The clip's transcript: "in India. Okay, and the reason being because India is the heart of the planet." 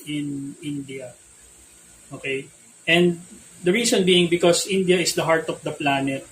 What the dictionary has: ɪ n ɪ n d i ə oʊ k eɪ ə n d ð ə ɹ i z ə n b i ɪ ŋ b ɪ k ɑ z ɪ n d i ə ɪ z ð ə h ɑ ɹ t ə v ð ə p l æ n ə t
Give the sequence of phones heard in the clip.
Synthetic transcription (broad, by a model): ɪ n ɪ n d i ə oʊ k eɪ ə n d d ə ɹ i s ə n b i ɪ ŋ b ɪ k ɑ s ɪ n d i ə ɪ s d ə h ɑ ɹ t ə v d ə p l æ n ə t